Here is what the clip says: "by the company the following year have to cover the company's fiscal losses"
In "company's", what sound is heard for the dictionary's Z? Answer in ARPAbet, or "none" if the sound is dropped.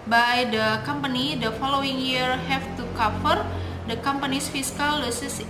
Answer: S